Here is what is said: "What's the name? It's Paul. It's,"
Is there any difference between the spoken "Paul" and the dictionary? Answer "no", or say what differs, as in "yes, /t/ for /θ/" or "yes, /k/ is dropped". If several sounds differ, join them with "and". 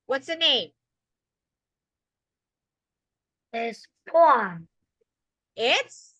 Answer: yes, /n/ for /l/